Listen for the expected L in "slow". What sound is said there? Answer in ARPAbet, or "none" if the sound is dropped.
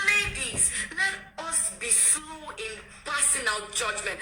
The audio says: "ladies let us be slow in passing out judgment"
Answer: none